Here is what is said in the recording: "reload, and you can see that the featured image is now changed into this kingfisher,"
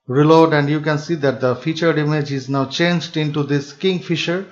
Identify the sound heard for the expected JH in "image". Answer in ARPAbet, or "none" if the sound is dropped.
JH